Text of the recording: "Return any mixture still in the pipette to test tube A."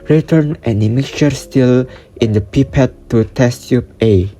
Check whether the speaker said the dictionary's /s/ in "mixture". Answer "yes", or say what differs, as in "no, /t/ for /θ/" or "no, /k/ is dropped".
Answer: no, /s/ is dropped